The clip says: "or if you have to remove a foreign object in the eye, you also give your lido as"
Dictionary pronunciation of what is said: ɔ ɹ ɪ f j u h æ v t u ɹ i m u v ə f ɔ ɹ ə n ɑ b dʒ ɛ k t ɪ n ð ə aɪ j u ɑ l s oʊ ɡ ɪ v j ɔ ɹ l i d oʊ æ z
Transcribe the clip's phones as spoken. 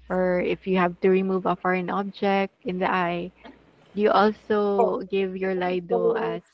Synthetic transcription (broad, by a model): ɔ ɹ ɪ f j u h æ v t u ɹ i m u v ə f ɔ ɹ ə n ɑ b dʒ ɛ k t ɪ n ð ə aɪ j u ɑ l s oʊ ɡ ɪ v j ɔ ɹ l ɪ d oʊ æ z